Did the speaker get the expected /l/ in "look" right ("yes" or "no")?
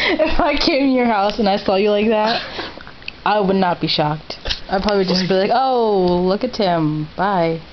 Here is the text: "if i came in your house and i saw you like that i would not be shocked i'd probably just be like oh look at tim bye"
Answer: yes